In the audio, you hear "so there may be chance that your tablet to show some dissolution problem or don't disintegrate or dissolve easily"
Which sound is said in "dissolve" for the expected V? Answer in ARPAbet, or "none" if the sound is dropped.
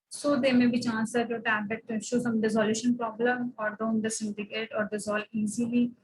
none